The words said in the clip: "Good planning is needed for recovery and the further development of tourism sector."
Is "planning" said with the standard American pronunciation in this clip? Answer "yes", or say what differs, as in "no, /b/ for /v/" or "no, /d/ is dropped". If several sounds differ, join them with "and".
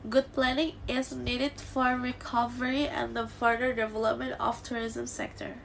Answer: yes